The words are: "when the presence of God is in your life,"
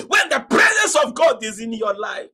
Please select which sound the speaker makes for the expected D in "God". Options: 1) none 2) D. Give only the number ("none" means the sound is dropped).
2